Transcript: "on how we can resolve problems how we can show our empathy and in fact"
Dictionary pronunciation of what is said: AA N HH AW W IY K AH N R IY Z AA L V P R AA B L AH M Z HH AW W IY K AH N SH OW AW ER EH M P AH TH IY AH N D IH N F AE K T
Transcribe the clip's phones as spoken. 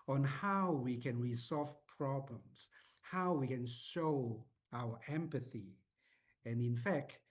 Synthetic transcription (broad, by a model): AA N HH AW W IY K AH N R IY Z AA L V P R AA B L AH M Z HH AW W IY K AH N SH OW AW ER EH M P AH TH IY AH N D IH N F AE K T